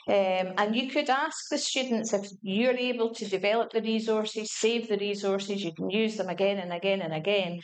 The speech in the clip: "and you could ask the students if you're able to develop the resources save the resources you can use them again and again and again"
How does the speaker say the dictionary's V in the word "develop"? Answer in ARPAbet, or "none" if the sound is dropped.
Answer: V